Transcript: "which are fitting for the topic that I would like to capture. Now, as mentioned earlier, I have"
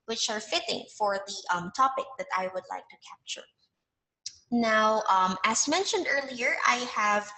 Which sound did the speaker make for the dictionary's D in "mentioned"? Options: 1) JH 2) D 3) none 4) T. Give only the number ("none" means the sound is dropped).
2